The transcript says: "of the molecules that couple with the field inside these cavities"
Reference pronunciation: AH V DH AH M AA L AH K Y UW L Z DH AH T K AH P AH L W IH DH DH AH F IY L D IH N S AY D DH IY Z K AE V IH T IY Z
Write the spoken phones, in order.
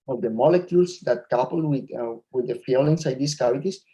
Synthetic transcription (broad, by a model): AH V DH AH M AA L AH K Y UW L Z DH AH T K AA P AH L W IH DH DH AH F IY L IH N S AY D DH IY S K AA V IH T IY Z